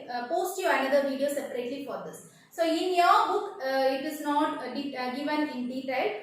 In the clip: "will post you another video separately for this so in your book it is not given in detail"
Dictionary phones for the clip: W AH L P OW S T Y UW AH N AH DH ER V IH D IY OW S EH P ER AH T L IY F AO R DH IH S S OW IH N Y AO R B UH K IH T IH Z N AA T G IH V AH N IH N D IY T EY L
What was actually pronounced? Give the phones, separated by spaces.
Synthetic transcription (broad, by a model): P OW S T Y UW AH N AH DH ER V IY D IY OW S EH P ER AH T L IY F AO R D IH S S OW IH N Y AO R B UH K IH T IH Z N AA T G IH V AH N IH N D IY T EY L